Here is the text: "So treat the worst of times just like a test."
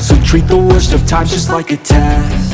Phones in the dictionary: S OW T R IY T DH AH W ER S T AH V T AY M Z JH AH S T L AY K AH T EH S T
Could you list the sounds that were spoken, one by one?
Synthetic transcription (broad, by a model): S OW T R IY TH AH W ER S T AH V T AY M JH AH S T L AY K AH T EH